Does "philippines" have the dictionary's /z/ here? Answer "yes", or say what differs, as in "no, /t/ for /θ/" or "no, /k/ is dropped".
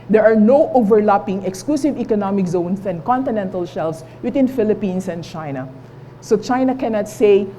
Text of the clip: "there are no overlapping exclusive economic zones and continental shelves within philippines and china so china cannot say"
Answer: no, /s/ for /z/